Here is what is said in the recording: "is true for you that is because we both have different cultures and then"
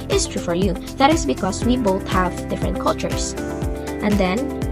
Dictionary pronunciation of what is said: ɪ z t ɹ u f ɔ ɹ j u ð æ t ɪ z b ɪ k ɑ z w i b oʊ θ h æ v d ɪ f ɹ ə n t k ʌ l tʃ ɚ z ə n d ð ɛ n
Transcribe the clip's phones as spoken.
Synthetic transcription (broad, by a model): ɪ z t ɹ u f ɔ ɹ j u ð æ t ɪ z b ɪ k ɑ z w i b oʊ θ h æ v d ɪ f ɹ ə n t k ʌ l tʃ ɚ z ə n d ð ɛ n